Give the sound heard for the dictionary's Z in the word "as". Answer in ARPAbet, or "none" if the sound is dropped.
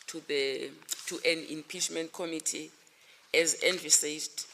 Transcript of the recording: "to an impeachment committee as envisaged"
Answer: Z